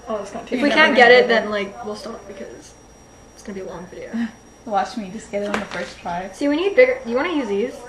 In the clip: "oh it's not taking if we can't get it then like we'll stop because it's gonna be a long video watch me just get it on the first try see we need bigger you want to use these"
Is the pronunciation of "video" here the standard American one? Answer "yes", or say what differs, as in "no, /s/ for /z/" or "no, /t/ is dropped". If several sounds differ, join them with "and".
no, /f/ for /v/